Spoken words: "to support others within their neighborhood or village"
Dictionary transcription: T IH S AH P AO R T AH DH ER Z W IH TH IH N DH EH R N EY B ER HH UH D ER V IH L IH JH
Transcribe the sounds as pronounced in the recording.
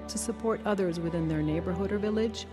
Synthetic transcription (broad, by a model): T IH S AH P AO R T AH DH ER Z W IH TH IH N DH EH R N EY B ER HH UH D ER V IH L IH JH